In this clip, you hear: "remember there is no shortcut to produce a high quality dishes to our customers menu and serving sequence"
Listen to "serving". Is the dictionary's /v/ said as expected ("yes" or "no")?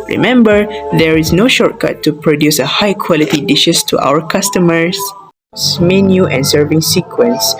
yes